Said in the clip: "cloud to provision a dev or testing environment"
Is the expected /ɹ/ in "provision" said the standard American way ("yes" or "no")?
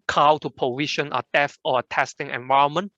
no